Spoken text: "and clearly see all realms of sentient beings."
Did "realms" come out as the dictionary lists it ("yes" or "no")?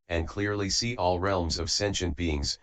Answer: yes